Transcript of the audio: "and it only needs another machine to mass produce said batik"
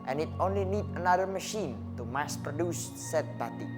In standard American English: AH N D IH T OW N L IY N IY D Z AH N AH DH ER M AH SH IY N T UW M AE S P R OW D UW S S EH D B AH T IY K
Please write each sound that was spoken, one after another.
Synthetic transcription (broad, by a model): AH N IH T OW N L IY N IY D AH N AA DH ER M AH SH IY N T UW M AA S P R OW D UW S S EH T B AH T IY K